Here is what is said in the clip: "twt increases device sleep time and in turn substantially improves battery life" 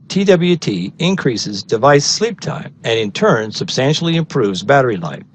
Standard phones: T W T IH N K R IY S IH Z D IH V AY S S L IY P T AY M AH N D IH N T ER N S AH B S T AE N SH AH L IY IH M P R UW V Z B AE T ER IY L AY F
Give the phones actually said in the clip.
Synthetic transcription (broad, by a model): T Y T IH N K R IY S IH Z D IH V AY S S L IY P T AY M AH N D IH N T ER N S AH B S T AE N SH L IY IH M P R UW V Z B AE T ER IY L AY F